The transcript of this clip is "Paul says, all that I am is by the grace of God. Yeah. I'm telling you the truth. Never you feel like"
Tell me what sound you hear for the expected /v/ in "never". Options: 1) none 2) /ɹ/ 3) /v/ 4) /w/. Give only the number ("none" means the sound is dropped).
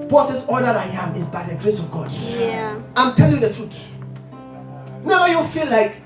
1